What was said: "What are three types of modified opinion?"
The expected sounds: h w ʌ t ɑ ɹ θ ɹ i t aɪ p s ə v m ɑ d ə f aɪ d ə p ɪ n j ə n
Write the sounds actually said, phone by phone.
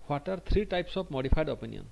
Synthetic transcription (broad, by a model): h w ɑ t ɑ ɹ t ɹ i t aɪ p s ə p m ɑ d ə p aɪ d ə p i n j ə n